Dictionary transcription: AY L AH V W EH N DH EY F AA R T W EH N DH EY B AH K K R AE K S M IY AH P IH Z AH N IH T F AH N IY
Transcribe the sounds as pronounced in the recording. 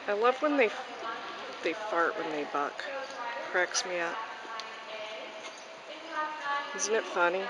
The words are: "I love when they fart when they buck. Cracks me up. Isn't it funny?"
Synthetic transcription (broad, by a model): AY L AH V W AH N DH EY F AA R T W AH N DH EY B AH K K R AE K S M IY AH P IH Z N IH T F AH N IY